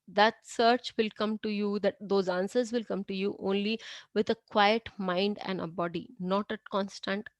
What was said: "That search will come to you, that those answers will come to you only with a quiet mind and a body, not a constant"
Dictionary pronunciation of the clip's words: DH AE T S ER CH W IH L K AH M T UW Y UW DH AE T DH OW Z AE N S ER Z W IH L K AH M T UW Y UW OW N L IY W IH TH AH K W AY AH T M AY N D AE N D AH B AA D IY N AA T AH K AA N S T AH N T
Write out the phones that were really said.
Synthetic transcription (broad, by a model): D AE T S ER CH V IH L K AH M T UW Y UW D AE T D OW Z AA N S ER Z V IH L K AH M T UW Y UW OW N L IY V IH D AH K W AY AH T M AY N D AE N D AH B AA D IY N AA T AH K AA N S T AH N T